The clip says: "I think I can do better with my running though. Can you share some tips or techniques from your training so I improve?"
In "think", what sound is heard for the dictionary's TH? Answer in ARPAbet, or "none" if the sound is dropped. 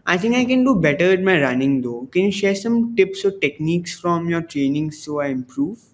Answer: T